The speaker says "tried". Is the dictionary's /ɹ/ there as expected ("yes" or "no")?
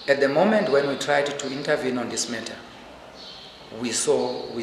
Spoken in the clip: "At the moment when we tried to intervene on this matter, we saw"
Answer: yes